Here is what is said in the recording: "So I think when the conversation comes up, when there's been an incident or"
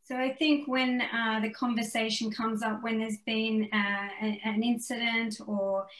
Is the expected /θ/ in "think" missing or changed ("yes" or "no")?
no